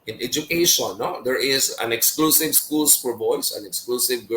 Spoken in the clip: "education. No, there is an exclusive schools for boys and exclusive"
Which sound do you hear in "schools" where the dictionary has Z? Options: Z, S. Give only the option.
S